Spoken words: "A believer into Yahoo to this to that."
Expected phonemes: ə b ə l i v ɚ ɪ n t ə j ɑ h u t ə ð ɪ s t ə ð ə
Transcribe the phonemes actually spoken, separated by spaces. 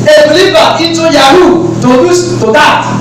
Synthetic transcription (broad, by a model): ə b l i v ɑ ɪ t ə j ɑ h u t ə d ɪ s t ə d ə